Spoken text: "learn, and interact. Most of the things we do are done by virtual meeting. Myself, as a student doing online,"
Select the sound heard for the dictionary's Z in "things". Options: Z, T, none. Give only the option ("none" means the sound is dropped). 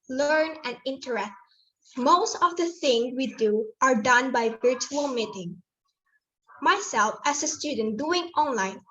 none